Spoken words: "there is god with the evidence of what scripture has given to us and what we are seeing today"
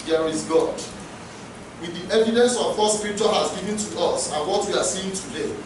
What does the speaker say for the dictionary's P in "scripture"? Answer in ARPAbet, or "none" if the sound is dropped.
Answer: none